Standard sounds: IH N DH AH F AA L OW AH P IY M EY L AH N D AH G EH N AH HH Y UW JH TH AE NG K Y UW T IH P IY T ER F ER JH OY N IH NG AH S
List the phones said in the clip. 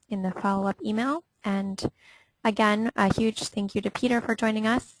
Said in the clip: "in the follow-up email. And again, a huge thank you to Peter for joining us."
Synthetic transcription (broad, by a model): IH N DH AH F AA L OW AH P IY M EY L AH N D AH G EH N AH HH Y UW JH TH AE NG K Y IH T IH P IY T ER F ER JH OY N IH NG AH S